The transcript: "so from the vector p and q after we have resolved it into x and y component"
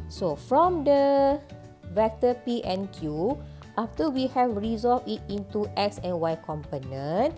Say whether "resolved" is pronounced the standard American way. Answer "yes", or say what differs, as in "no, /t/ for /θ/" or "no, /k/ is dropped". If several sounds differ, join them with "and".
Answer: no, /d/ is dropped